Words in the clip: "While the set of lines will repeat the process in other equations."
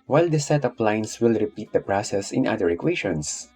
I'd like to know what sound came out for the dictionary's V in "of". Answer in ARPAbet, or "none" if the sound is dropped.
P